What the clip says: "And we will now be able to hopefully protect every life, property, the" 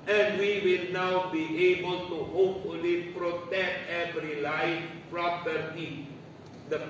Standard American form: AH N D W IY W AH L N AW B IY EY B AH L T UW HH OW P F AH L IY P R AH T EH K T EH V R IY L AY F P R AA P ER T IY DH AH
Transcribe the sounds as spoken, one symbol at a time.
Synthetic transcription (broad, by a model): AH N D W IY W AH L N AW B IY EY B AH L T UW HH OW P F AH L IY P R AH T EH K T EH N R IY L AY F P R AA P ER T IY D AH